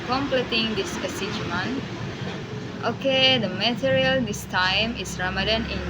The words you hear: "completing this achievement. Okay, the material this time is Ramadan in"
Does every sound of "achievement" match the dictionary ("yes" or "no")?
no